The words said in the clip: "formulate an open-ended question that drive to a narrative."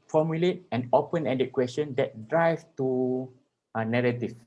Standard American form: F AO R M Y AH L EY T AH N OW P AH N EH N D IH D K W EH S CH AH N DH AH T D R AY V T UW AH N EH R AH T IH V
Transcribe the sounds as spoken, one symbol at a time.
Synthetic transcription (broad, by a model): F AO M Y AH L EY T AH N OW P AH N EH D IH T K W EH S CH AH N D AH T D R AY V T UW AH N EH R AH T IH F